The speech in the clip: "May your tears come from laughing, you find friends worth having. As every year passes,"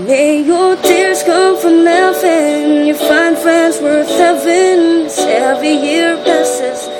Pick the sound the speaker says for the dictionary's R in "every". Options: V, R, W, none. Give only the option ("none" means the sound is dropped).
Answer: none